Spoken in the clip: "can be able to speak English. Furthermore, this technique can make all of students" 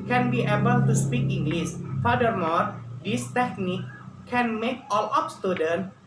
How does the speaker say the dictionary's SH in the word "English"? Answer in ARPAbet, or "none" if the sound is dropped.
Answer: S